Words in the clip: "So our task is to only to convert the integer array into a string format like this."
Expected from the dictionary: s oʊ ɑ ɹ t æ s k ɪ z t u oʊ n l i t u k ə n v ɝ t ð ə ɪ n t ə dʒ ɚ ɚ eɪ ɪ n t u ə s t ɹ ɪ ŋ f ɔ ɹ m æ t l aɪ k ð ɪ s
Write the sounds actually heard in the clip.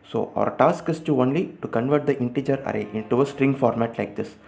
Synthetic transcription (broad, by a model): s oʊ ɑ ɹ t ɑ s k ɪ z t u oʊ n l i t u k ə n v ɝ t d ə ɪ n t ə dʒ ɚ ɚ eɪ ɪ n t u ə s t ɹ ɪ ŋ f ɔ ɹ m æ t l aɪ k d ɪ s